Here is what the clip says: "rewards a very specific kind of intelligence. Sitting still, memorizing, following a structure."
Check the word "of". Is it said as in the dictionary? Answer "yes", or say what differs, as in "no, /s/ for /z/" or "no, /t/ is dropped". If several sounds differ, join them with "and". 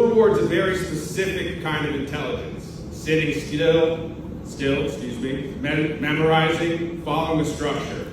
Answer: yes